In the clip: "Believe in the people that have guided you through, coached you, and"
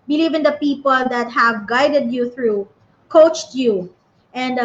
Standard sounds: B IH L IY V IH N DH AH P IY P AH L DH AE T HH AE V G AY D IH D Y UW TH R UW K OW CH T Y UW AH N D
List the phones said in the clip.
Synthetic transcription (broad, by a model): B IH L IY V IH N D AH P IY P AH L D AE T HH AE V G AY D IH D Y UW TH R UW K OW CH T Y UW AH N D